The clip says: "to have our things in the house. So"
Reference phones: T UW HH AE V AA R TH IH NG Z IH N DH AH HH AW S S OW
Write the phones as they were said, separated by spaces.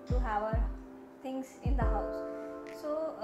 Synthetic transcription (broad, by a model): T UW HH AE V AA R T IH NG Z IH N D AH HH AW S S OW